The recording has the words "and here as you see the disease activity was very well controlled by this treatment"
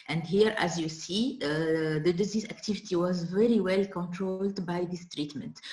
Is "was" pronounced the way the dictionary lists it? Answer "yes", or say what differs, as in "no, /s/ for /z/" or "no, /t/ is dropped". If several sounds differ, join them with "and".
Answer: yes